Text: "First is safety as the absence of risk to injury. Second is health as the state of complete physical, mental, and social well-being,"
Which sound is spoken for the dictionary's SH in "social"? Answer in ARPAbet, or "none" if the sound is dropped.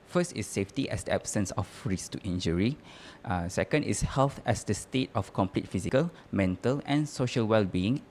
SH